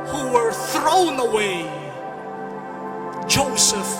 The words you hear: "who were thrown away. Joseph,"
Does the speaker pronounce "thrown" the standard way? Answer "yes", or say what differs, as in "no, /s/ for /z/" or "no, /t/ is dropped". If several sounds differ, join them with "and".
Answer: yes